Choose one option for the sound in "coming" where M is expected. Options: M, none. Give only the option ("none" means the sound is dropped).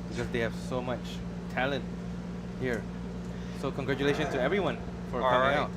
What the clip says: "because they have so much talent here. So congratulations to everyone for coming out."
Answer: none